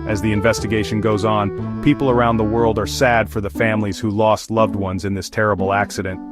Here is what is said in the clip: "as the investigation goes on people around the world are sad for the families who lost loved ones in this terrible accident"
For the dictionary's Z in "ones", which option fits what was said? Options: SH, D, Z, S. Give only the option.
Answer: Z